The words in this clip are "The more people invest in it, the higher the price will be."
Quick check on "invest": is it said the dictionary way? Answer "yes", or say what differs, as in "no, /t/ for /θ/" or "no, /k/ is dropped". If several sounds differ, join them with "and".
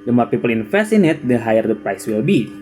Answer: no, /f/ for /v/ and /t/ is dropped